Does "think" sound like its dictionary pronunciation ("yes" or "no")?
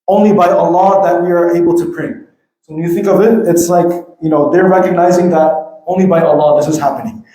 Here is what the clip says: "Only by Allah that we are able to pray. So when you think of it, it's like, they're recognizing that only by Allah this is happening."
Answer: yes